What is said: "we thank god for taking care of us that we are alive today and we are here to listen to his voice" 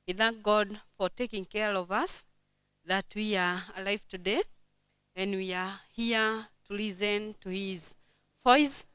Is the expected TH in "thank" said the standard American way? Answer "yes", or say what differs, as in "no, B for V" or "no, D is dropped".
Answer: yes